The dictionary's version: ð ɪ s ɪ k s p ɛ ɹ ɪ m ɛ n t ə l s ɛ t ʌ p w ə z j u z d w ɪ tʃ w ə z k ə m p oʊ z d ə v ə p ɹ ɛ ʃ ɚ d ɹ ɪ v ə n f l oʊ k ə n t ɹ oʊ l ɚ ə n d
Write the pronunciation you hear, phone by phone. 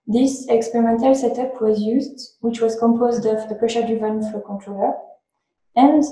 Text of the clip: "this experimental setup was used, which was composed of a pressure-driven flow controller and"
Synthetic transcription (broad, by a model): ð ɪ s ɪ k s p ɛ ɹ ɪ m ɛ n t ə l s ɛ t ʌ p w ə z j u z d w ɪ tʃ w ə z k ə m p oʊ z d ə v ə p ɹ ɛ ʃ ɚ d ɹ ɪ v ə n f oʊ k ə n t ɹ oʊ l ɚ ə n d